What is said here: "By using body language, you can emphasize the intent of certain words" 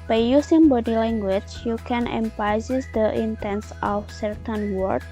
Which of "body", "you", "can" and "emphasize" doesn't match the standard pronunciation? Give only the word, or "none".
emphasize